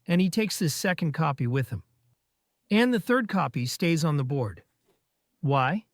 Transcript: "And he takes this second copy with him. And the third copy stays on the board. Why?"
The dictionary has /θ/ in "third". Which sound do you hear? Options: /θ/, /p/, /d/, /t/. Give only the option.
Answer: /θ/